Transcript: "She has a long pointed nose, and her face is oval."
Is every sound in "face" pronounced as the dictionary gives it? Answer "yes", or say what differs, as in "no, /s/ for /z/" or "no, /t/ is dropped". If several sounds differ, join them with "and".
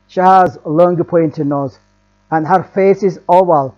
yes